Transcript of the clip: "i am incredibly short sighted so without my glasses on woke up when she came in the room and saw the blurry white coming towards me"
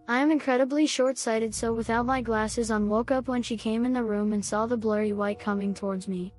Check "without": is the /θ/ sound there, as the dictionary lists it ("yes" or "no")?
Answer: yes